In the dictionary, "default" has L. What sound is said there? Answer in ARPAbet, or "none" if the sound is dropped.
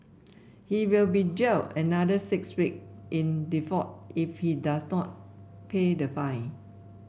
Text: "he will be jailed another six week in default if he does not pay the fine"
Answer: none